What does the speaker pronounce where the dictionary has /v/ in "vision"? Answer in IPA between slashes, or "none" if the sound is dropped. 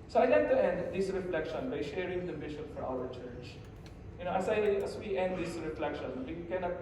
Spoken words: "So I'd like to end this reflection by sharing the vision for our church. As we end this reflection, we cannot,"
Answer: /b/